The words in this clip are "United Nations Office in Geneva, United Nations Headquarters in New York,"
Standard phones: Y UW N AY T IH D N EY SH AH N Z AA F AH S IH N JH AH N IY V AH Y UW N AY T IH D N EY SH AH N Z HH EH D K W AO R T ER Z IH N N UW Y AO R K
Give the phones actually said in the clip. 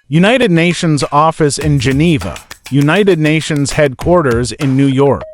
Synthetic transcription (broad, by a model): Y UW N AY T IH D N EY SH AH N Z AA F AH S IH N JH AH N IY V AH Y UW N AY T IH D N EY SH AH N Z HH EH D K W AO R T ER Z IH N N UW Y AO R K